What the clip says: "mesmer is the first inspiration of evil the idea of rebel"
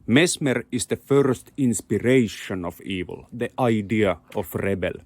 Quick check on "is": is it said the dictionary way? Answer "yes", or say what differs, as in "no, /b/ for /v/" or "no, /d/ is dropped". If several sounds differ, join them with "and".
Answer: no, /s/ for /z/